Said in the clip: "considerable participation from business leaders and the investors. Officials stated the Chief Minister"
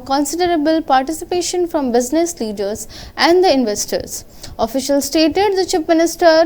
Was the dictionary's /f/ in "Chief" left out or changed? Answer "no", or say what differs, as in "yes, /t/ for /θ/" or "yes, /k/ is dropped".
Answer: yes, /p/ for /f/